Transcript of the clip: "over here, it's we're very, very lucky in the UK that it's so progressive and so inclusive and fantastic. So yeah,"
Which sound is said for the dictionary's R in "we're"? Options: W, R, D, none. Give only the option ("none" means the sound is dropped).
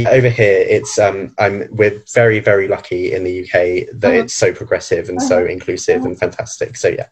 W